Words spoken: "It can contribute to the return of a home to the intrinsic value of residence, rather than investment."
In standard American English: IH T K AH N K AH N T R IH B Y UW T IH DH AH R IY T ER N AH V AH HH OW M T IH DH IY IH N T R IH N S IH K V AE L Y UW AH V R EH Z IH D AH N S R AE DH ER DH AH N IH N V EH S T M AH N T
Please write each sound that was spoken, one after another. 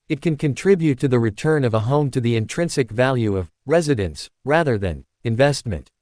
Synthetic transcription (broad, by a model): IH T K AH N K AH N T R IH B Y UW T IH DH AH R IY T ER N AH V AH HH OW M T IH DH IY IH N T R IH N S IH K V AE L Y UW AH V R EH Z IH D AH N S R AE DH ER DH AH N IH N V EH S T M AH N T